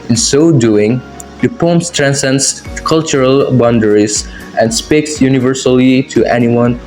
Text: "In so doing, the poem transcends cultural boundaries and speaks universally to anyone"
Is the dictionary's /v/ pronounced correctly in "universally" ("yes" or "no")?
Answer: yes